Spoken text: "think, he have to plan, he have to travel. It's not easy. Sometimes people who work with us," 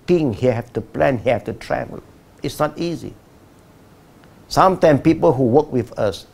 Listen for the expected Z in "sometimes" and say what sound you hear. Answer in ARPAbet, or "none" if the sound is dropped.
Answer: none